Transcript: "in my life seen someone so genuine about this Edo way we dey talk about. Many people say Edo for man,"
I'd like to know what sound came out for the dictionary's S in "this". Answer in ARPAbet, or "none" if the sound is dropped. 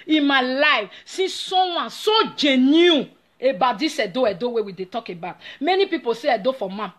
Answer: none